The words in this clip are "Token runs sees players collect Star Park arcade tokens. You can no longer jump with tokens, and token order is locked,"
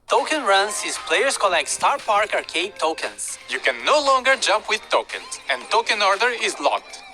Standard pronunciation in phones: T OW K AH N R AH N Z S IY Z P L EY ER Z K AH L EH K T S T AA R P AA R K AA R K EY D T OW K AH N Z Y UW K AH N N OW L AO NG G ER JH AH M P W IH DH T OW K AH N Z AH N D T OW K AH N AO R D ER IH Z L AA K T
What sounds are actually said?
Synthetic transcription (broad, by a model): T OW K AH N R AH N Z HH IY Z P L EY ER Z K AH L EH K T S T AA R P AA R K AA R K EY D T OW K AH N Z Y UW K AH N N OW L AO NG G ER JH AH M P W IH DH T OW K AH N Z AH N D T OW K AH N AO R D ER IH Z L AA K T